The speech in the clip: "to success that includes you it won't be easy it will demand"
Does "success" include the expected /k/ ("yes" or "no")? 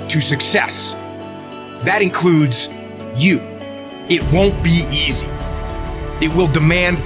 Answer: yes